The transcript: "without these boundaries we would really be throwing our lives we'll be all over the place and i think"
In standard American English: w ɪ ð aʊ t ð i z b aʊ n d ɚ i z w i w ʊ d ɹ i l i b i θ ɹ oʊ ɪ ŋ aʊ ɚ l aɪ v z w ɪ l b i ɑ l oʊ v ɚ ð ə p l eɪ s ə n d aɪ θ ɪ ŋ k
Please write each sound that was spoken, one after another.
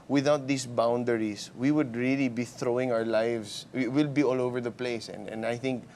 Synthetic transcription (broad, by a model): w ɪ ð aʊ t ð i s b aʊ n d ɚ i s w i w ʊ d ɹ i l i b i θ ɹ oʊ ɪ ŋ aʊ ɚ l aɪ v s w ɪ l b i ɑ l oʊ v ɚ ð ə p l eɪ s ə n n aɪ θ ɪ ŋ k